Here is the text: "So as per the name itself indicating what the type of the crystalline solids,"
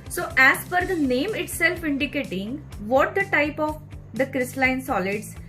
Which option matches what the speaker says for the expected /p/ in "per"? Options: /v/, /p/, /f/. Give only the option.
/f/